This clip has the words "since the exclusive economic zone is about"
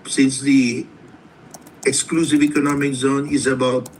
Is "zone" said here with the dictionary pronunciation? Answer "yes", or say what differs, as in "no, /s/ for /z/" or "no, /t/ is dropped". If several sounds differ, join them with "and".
yes